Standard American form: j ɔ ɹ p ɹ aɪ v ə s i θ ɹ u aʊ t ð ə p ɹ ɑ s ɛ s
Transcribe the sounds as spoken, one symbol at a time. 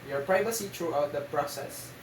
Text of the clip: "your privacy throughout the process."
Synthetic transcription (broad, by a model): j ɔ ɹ p ɹ aɪ v ə s i t ɹ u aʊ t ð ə p ɹ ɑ s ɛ s